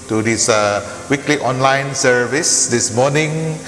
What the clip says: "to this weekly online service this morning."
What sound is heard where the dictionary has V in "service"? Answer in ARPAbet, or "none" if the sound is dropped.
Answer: V